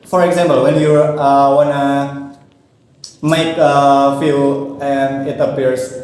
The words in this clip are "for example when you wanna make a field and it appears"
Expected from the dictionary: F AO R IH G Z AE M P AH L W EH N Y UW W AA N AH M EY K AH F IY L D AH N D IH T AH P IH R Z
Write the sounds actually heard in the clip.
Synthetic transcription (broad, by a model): F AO R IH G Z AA M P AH L W EH N Y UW W AA N AH M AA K AH F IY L AH N D IH T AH P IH R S